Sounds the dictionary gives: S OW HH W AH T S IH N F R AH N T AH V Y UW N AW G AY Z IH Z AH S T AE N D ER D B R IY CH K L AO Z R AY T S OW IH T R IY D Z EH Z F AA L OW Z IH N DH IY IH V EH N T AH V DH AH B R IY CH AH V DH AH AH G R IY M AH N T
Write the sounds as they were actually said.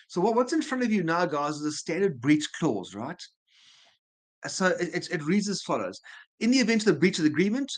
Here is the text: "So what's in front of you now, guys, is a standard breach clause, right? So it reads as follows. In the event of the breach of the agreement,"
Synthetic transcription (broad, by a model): S OW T W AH T S IH N F R AH N T AH V Y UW N AW G AY Z IH Z AH S T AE N D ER D B R IY CH K L AO Z R AY T S OW IH T R IY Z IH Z F AA L OW Z IH N DH IY IH V EH N T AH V DH AH B R IY CH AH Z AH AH G R IY M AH N T